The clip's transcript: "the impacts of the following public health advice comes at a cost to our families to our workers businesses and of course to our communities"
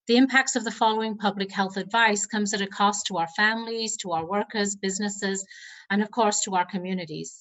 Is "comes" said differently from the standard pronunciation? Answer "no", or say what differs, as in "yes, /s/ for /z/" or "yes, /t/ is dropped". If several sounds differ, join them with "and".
no